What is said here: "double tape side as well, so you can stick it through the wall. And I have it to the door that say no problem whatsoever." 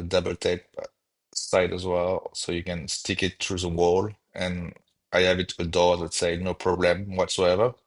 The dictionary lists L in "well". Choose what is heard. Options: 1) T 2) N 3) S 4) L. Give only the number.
4